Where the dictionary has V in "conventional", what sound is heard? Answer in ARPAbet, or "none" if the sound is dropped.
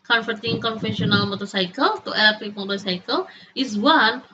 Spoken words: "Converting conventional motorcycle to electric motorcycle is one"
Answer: F